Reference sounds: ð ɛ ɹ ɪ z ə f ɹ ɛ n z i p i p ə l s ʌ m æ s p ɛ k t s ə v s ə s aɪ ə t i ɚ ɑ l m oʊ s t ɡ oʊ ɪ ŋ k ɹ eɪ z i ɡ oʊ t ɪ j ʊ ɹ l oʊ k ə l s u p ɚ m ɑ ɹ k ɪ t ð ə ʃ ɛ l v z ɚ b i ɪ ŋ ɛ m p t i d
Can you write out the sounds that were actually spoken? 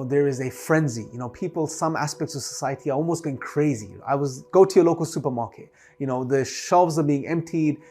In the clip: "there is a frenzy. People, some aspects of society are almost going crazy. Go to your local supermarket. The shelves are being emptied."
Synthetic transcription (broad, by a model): ð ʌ ɹ ɪ z ə f ɹ ɛ n z i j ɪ p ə l s ʌ m æ s p ɛ k t s ə v s ə s aɪ ə t i ɚ ɑ l m oʊ s t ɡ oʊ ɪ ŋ k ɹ eɪ z i ɡ oʊ t ɪ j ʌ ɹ l oʊ k ə l s u p ɚ m ɑ ɹ k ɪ t ð ə ʃ ɛ l v z ɚ b i ɪ ŋ ɛ m p t i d